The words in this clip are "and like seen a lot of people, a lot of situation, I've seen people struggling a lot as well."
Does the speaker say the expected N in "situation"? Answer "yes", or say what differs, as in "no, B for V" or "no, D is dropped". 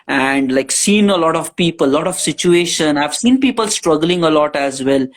yes